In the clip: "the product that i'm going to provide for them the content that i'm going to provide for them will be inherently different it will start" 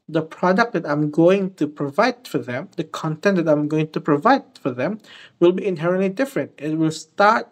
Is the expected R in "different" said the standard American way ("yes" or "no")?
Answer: yes